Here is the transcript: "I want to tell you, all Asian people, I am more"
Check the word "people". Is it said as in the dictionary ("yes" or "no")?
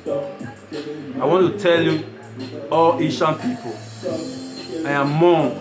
no